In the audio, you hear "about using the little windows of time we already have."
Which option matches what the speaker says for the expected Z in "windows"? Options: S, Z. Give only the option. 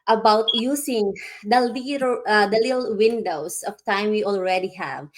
S